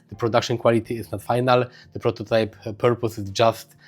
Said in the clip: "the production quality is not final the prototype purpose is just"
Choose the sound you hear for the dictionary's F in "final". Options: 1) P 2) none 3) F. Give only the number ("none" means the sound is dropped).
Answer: 3